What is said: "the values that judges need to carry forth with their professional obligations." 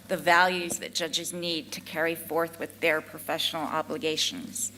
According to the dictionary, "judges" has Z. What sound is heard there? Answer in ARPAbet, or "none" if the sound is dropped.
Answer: Z